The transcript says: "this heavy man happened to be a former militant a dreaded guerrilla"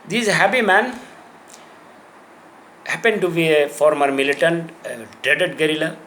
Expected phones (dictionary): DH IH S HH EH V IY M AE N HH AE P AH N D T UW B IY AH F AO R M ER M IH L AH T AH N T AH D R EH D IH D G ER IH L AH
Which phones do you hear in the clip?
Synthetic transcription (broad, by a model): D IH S HH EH P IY M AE N HH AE P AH N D T UW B IY AH F AO R M ER M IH L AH T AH N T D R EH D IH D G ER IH L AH